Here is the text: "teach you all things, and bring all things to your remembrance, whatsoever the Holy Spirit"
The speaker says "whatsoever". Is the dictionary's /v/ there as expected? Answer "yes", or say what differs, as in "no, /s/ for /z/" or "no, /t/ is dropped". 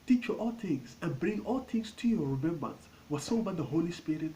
no, /b/ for /v/